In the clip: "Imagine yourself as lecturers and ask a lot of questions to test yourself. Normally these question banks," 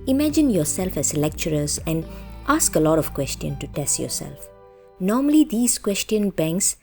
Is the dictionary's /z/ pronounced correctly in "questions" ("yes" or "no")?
no